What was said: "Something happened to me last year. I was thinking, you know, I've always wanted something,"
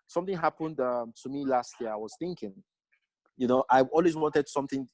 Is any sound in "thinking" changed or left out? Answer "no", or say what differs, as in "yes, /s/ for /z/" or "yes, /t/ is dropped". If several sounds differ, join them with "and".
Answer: no